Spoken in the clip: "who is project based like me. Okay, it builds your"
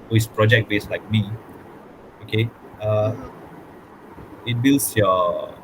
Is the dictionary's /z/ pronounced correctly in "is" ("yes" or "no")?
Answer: no